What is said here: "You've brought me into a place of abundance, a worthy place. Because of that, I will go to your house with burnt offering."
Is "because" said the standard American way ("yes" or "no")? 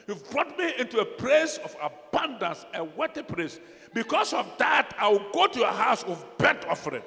no